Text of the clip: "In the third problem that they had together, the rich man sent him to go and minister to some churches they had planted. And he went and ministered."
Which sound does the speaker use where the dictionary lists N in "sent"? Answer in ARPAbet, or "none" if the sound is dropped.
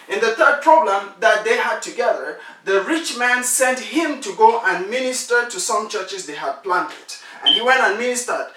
N